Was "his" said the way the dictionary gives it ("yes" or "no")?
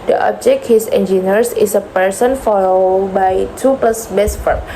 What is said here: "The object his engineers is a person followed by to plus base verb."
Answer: no